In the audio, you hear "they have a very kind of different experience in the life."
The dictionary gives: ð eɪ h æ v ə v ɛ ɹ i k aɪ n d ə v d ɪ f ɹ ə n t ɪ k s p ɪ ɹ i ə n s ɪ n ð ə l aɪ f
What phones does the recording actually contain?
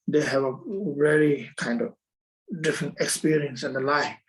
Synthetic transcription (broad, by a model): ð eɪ h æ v ə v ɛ l i k aɪ n d ə v d ɪ f ɹ ə n t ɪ k s p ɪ ɹ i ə n s ɪ n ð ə l aɪ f